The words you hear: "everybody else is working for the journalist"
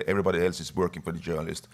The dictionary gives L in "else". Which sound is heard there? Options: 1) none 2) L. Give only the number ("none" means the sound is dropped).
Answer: 2